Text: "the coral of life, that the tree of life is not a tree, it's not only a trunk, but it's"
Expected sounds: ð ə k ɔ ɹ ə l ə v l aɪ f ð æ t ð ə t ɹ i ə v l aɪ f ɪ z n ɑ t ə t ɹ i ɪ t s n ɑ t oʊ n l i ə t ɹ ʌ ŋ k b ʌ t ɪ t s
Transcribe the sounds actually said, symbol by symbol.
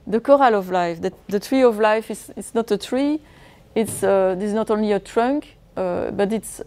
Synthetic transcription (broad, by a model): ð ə k ɔ ɹ ə l ə v l aɪ f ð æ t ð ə t ɹ i ə v l aɪ f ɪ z n ɑ t ə t ɹ i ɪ t s n ɑ t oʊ n l i ə t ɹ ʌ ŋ k b ʌ t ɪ t s